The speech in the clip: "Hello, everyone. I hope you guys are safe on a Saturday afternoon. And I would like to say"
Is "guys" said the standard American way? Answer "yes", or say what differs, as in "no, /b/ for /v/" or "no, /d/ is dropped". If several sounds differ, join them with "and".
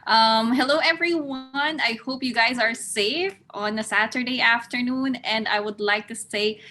yes